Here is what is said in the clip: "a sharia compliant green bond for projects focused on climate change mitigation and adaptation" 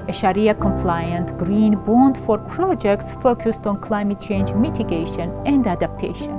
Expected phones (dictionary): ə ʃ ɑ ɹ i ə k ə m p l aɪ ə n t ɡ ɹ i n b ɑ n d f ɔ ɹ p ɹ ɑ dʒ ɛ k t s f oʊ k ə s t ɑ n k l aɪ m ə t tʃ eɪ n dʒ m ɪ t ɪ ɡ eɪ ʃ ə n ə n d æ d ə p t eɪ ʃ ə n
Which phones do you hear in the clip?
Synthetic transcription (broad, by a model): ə ʃ ɑ ɹ i ə k ə m p l aɪ ə n t ɡ ɹ i n b ɑ n d f ɔ ɹ p ɹ ɑ dʒ ɛ k t s f oʊ k ə s t ɑ n k l aɪ m ə t tʃ eɪ n dʒ m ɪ t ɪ ɡ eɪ ʃ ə n ə n d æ d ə p t eɪ ʃ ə n